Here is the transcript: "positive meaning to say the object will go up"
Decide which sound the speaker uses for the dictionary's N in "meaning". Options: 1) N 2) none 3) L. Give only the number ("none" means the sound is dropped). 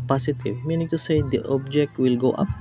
1